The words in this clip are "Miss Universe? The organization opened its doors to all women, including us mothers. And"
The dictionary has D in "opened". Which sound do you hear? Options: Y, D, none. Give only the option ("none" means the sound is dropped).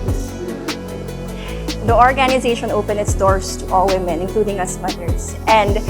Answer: none